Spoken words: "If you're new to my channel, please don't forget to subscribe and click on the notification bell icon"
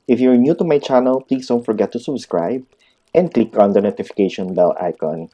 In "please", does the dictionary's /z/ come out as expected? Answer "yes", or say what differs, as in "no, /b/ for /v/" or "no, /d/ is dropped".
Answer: no, /s/ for /z/